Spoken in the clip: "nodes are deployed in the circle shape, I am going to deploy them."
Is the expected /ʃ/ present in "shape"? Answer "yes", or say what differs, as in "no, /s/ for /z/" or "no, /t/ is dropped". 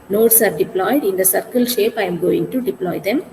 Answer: yes